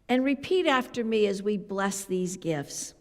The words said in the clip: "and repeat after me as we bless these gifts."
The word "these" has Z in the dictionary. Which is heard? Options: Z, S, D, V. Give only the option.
Z